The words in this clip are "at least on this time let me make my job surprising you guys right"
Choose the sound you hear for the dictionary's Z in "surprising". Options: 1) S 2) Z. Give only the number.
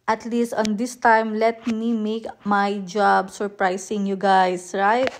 1